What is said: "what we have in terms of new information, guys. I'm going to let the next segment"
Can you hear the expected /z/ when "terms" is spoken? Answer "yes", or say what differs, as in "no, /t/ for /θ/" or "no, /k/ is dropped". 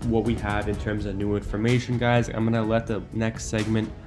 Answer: yes